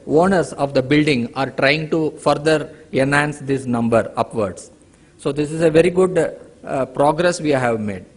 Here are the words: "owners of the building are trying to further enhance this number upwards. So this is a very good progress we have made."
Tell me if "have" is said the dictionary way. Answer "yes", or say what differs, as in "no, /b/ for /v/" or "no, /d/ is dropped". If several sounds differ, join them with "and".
yes